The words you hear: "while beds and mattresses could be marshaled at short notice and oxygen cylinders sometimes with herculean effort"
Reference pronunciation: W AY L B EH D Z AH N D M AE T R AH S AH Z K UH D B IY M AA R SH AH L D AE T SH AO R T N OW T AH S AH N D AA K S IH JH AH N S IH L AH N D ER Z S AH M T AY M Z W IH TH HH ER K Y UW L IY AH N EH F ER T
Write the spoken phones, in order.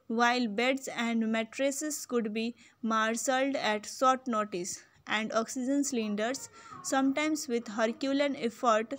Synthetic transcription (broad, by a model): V AY L B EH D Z AH N D M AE T R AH S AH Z K UH D B IY M AA R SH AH L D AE T S AO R T N OW T AH S AH N D AA K S IH JH AH N S L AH N D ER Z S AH M T AY M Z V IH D HH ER K Y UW L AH N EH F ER T